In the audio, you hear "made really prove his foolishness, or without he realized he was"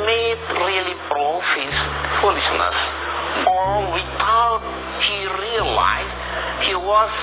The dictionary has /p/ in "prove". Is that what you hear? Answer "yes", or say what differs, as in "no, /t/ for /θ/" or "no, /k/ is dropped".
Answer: no, /b/ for /p/